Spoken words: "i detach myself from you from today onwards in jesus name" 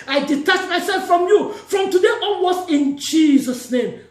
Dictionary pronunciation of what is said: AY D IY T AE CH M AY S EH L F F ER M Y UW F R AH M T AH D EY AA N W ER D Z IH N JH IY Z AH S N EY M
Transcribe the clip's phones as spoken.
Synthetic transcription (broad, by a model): AY D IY T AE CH M AY S EH L F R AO M Y UW F R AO M T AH D EY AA W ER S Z IH N JH IY Z AH S N EY M